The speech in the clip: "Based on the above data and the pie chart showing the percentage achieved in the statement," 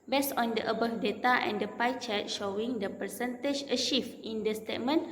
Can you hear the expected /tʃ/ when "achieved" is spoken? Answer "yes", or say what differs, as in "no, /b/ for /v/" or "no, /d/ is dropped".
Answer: no, /ʃ/ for /tʃ/